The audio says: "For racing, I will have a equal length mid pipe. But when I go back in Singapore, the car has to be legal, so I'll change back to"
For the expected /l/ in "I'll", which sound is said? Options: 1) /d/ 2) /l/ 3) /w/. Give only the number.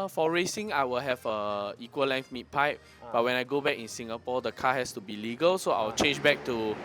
3